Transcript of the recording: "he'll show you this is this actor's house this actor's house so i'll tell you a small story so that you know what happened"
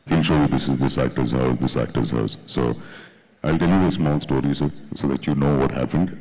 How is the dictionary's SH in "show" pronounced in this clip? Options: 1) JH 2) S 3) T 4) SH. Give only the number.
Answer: 4